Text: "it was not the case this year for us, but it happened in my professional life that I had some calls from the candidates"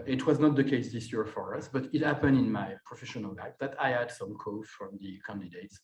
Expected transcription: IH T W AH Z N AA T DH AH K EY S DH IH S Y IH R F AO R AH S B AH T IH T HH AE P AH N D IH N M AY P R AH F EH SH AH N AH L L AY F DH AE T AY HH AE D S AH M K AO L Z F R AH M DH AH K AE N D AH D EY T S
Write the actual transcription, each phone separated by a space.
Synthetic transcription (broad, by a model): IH T W AH Z N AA T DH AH K EY S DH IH S Y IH R F AO R AH S B AH T IH T HH AE P AH N D IH N M AY P R AH F EH SH AH N AH L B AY P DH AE T AY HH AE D S AH M K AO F R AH M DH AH K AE N D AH D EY T S